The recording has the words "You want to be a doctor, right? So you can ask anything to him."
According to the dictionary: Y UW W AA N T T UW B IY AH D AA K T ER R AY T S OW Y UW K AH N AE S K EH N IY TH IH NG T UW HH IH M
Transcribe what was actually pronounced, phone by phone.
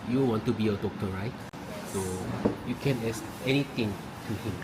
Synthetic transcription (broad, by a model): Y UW W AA N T T UW B IY AH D AA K T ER R AY T S OW Y UW K AH N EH S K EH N IY T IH NG T UW HH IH M